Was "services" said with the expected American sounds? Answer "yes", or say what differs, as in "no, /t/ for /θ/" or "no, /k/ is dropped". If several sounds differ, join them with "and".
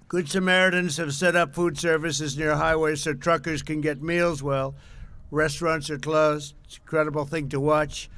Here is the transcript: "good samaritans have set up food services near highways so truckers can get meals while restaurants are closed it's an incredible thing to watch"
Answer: yes